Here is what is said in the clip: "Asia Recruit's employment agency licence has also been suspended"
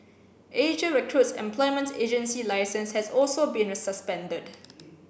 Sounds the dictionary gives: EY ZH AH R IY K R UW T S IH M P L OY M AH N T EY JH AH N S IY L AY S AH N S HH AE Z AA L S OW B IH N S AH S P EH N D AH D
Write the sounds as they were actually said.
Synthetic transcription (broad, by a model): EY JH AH R IY K R UW T S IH M P L OY M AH N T EY JH AH N S IY L AY S AH N S HH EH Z AA L S OW B IH N S AH S P EH N D AH D